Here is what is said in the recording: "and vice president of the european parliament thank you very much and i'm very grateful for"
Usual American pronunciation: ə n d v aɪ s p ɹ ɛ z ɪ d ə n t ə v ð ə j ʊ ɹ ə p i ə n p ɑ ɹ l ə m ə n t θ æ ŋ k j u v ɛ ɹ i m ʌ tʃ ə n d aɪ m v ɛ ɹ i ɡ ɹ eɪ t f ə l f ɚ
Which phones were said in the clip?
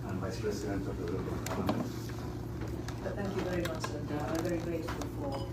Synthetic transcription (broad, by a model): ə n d v aɪ s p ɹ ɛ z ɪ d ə n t ə v ð ə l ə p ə l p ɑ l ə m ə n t θ æ ŋ k j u v ɛ ɹ i m ʌ tʃ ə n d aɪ v ɛ ɹ i ɡ ɹ eɪ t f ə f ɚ